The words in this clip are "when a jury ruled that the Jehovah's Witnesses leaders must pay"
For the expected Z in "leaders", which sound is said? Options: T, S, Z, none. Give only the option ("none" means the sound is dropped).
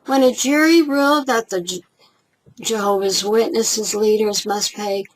Z